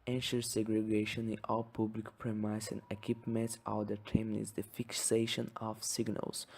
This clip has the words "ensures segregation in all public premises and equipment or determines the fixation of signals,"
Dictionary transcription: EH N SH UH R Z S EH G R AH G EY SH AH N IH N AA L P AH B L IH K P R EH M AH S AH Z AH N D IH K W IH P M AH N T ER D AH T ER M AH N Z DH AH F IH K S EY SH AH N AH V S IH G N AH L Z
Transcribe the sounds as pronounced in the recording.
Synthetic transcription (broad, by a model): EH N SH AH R S EH G R AH G EY SH AH N IH N AA L P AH B L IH K P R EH M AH AH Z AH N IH K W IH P M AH N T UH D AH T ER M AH Z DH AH F IH K S EY SH AH N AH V S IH G N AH L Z